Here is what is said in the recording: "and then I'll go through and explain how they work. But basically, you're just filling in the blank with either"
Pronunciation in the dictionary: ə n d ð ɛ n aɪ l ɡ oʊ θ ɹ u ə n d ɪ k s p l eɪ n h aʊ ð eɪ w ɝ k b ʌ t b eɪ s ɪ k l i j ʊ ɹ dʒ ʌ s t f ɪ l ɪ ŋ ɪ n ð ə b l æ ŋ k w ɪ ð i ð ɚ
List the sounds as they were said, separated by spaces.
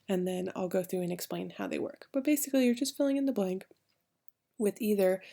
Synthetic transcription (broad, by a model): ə n ð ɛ n aɪ l ɡ oʊ θ ɹ u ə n ɪ k s p l eɪ n h aʊ ð eɪ w ɝ k b ʌ t b eɪ s ɪ k l i j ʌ ɹ dʒ ʌ s t f ɪ l ɪ ŋ ɪ n ð ə b l æ ŋ k w ɪ ð i ð ɚ